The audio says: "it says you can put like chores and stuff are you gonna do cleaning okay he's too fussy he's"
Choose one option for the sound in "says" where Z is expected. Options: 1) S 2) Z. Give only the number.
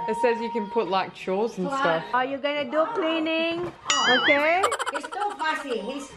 2